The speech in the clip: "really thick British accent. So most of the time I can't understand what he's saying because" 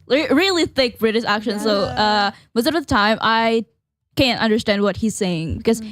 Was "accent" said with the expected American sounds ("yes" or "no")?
no